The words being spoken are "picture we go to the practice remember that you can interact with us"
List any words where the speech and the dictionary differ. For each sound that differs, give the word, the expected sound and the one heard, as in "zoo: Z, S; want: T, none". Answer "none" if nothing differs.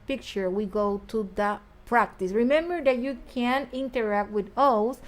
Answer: none